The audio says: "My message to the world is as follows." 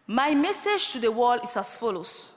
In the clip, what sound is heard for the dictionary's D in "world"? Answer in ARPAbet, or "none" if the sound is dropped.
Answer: none